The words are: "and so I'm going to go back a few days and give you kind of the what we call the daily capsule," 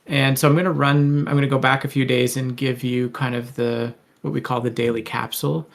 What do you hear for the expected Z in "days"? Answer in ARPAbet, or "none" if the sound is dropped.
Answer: Z